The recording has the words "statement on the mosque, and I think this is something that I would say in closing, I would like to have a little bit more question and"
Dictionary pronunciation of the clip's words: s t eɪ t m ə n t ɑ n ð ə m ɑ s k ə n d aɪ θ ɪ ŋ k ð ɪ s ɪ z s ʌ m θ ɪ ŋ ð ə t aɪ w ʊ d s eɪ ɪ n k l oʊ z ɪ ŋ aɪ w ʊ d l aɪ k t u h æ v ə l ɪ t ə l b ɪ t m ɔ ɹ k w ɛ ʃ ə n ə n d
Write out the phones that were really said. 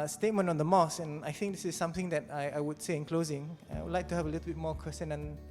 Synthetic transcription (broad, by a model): s t eɪ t m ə n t ɑ n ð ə m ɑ s ə n aɪ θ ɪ ŋ k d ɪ s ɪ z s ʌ m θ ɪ ŋ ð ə t aɪ w ʊ d s eɪ ɪ n k l oʊ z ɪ ŋ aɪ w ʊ d l aɪ k t u h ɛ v ə l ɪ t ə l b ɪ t m ɔ k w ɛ s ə n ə n